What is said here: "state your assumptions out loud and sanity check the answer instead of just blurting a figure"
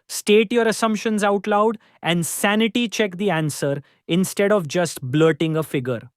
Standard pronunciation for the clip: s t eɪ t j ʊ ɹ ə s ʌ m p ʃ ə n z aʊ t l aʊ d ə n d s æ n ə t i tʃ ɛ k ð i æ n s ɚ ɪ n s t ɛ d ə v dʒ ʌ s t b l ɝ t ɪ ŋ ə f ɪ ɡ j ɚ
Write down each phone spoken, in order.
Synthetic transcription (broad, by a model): s t eɪ t j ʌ ɹ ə s ʌ m p ʃ ə n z aʊ t l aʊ d ə n d s æ n ə t i tʃ ɛ k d i æ n s ɚ ɪ n s t ɛ d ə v dʒ ʌ s t b l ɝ t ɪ ŋ ə f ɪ ɡ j ɚ